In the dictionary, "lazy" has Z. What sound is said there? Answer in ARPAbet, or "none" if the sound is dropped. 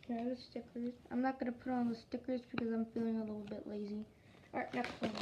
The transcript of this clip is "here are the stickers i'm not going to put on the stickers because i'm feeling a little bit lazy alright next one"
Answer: Z